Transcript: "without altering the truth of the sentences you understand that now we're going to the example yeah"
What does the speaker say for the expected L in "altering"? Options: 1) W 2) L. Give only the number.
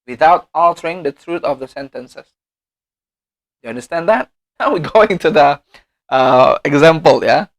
2